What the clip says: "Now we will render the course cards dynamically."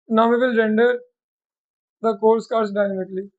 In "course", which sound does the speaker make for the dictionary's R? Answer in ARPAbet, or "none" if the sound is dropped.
L